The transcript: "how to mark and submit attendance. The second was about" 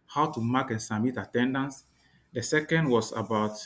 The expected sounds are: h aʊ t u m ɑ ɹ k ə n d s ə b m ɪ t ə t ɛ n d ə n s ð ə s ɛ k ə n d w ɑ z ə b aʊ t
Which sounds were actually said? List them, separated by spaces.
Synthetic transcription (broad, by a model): h aʊ t u m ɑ k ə n s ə m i t ə t ɛ n d ə n s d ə s ɛ k ə n d w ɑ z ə b aʊ t